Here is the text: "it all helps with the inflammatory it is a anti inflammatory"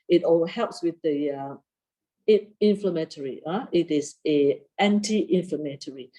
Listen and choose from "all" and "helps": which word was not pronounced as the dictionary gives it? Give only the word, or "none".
none